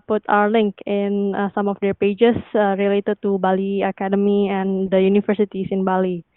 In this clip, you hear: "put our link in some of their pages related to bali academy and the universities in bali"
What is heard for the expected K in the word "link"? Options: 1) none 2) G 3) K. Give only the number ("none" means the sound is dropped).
3